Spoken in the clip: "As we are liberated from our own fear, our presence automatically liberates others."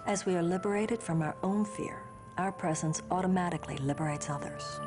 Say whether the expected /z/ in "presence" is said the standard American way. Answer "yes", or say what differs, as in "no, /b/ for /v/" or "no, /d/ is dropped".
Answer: yes